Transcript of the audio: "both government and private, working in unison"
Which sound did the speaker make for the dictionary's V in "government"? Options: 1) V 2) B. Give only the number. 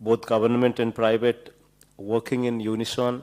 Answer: 2